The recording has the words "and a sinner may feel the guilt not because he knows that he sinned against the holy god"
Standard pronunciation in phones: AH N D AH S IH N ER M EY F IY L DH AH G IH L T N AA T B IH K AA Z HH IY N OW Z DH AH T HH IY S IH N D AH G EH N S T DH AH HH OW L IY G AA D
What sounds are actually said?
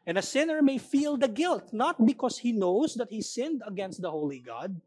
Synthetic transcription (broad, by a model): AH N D AH S IH N ER M EY F IY L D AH G IH L T N AA T B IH K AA S HH IY N OW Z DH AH T HH IY S IH N D AH G EH N S T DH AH HH OW L IY G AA D